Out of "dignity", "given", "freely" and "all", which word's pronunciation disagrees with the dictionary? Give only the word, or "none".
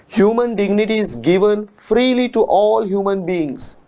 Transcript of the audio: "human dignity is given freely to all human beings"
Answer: none